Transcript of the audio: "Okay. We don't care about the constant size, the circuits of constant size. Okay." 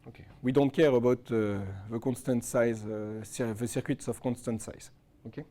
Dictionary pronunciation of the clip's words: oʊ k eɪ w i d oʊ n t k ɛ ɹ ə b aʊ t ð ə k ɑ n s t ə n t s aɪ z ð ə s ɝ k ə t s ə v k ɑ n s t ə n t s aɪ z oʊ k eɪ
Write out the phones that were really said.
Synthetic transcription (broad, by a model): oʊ k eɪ w i d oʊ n t k ɛ ɹ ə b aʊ t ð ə k ɑ n s t ə n t s aɪ z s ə s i k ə t s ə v k ɑ n s t ə n t s aɪ z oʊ k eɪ